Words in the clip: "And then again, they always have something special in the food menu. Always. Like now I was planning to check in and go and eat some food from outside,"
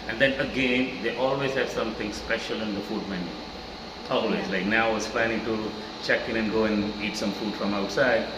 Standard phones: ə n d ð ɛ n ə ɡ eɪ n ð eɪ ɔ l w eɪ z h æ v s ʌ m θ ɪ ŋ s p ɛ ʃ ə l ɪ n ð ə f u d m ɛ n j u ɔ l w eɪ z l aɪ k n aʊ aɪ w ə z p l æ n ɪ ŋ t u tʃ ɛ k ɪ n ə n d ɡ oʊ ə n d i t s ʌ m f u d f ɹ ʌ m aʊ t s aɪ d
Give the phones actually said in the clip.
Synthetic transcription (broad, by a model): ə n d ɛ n ə ɡ eɪ n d eɪ ɔ l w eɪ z h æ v s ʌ m t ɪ ŋ s p ɛ ʃ ə l ɪ n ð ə f u d m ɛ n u ɔ l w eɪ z l aɪ k n aʊ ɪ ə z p l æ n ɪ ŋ t u tʃ ɛ k ɪ n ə n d ɡ oʊ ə n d i t s ʌ m f u d f ɹ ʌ m aʊ t s aɪ d